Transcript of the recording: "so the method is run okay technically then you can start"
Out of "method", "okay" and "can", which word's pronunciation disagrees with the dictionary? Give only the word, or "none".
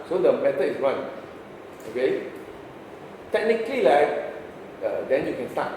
method